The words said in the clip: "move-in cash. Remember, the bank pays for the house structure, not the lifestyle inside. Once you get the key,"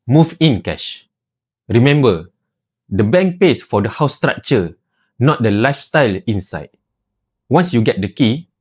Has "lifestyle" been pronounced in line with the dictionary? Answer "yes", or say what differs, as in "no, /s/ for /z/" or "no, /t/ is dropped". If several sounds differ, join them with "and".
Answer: yes